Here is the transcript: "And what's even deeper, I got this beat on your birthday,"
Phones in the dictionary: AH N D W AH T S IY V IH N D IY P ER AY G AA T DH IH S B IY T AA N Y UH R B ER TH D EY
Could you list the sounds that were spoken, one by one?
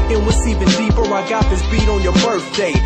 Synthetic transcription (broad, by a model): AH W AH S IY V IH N D IY P ER AY G AA T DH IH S B IY T AA N Y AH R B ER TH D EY